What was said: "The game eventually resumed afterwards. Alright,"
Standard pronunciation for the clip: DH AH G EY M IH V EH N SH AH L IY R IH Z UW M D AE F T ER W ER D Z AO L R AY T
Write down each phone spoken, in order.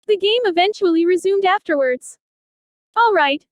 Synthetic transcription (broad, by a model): DH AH G EY M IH V EH N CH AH L IY R IH Z UW M D AE F T ER W ER D Z AO L R AY T